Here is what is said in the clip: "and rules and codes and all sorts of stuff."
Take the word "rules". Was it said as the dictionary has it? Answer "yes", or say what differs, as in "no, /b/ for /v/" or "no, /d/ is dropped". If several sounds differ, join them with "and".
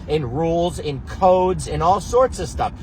yes